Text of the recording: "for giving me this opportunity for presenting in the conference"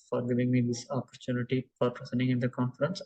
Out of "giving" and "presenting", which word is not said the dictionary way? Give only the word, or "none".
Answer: presenting